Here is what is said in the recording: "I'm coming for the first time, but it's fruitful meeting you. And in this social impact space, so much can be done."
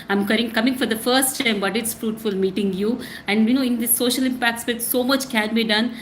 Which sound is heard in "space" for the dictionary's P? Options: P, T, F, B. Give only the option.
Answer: B